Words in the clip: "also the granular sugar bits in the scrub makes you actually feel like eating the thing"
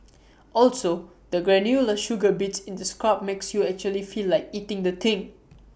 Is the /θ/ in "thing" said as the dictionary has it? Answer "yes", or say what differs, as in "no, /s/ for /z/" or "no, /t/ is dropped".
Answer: no, /t/ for /θ/